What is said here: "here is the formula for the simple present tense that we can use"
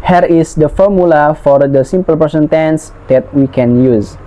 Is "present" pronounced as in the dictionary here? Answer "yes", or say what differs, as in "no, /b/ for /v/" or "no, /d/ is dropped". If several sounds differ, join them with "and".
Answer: no, /ɹ/ is dropped and /s/ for /z/